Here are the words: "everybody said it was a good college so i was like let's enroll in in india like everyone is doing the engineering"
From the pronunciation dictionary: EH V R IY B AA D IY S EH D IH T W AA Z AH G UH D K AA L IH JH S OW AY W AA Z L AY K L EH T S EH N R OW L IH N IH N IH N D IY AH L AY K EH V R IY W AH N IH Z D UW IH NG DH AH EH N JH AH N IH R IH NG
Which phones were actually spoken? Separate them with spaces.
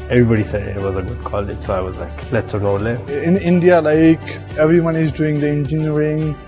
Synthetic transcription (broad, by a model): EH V R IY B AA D IY S EH D IH T W AA Z AH G UH D K AA L IH JH S OW AY W AA Z L AY K L EH T S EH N OW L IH IH N IH N D IY AH L AY K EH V R IY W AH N IH Z D UW IH NG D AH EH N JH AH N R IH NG